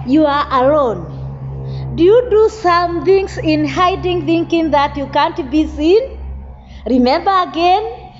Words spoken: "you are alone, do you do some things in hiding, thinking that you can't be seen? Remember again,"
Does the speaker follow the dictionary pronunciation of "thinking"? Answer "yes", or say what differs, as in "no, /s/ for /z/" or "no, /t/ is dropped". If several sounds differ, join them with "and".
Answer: yes